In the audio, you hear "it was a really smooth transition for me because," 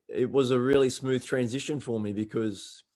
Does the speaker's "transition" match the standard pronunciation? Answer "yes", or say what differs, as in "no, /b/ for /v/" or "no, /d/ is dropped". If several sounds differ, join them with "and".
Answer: yes